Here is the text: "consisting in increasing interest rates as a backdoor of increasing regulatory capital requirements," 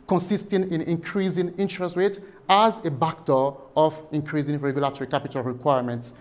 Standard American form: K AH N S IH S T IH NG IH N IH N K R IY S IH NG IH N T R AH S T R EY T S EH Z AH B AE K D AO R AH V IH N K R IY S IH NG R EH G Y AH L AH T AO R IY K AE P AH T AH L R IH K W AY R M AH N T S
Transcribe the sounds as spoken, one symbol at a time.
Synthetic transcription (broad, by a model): K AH N S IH S T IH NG IH N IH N K R IY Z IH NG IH N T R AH S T R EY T AA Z AH B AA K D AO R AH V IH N K R IY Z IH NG R EH G Y AH L AH T AO R IY K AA P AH T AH L R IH K W AY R M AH N T S